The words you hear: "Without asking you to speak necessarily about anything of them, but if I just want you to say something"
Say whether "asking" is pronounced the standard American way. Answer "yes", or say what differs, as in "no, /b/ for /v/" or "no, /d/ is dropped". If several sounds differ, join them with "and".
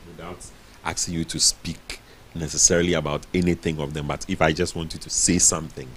no, /k/ is dropped